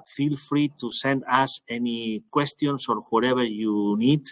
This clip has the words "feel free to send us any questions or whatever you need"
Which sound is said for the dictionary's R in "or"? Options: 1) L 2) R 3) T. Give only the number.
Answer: 2